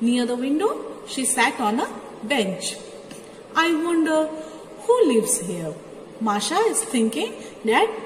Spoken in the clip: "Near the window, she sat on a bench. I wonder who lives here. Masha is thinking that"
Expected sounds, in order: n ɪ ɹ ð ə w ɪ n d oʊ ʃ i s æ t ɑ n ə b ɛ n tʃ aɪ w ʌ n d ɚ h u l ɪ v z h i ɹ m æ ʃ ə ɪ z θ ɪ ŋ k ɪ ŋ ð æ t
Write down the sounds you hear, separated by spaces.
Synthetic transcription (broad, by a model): n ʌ ɹ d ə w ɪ n d oʊ ʃ i s æ t ɑ n ə b ɛ n tʃ aɪ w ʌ n d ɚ h u l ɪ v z h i ɹ m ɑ ʃ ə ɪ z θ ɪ ŋ k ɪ ŋ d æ t